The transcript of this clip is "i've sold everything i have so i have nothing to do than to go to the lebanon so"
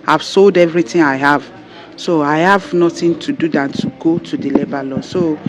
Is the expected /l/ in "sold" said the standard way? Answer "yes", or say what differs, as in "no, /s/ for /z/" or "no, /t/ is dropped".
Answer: yes